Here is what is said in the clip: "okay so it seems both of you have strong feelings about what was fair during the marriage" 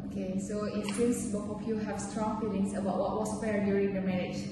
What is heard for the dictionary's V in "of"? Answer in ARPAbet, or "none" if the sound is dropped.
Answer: P